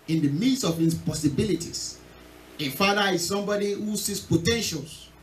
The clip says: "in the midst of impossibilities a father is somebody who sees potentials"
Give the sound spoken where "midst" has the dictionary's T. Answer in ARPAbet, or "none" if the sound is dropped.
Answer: none